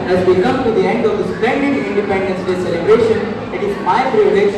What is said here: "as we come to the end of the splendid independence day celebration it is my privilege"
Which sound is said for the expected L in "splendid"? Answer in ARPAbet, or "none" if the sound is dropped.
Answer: none